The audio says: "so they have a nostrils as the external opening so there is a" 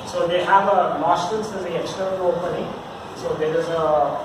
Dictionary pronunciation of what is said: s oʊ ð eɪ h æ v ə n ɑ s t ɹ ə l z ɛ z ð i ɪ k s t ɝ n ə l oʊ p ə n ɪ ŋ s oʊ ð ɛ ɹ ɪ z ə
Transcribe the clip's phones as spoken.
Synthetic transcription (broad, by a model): s oʊ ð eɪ h æ v ə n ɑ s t ə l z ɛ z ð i ɪ k s t ɝ n ə l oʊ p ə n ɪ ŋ s oʊ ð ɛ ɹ ɪ z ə